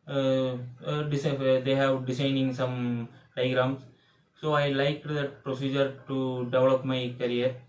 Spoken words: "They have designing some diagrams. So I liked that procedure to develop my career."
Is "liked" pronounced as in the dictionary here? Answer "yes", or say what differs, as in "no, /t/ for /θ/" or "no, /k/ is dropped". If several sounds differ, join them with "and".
yes